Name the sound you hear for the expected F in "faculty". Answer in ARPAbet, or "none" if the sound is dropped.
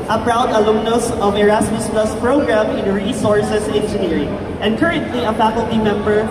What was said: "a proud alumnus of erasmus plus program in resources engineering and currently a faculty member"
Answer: F